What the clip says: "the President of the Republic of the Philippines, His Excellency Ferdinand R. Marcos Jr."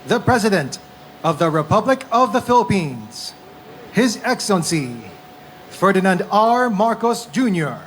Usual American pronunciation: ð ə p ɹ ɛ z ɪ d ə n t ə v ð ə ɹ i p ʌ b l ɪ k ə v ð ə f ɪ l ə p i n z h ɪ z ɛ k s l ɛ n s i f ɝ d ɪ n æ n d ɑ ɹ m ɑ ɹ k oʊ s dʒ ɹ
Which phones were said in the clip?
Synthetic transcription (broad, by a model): ð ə p ɹ ɛ z ɪ d ə n t ə v ð ə ɹ i p ʌ b l ɪ k ə v ð ə f ɪ l ə p i n z h ɪ z ɛ k s l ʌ n s i f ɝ d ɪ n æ n d ɑ ɹ m ɑ ɹ k oʊ s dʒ ɹ